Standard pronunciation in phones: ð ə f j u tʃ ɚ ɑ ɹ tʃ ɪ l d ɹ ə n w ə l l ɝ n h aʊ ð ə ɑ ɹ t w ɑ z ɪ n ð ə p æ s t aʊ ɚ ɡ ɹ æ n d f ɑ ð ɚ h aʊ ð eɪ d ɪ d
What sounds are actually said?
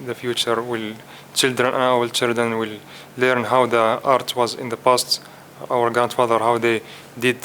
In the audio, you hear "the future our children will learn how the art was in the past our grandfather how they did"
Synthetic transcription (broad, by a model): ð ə f j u tʃ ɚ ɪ l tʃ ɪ l d ɹ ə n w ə l l ɝ n h aʊ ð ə ɑ ɹ t w ɑ z ɪ n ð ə p æ s t aʊ ɚ ɡ ɹ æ n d f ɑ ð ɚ h aʊ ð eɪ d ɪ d